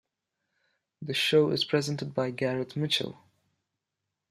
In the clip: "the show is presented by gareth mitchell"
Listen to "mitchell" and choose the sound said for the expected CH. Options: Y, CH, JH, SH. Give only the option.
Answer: CH